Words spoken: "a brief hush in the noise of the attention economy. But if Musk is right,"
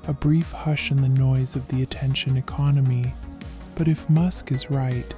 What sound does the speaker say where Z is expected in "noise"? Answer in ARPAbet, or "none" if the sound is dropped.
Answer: Z